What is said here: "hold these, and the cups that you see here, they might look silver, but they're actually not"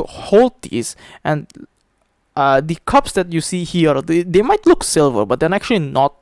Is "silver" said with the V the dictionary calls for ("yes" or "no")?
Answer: yes